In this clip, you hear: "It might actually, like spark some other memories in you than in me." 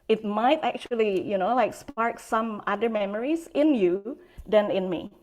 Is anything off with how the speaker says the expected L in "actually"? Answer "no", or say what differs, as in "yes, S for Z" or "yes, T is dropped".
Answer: yes, N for L